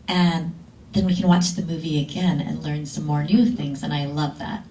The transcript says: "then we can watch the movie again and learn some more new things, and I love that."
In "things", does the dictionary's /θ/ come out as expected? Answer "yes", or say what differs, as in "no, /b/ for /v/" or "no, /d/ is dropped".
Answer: yes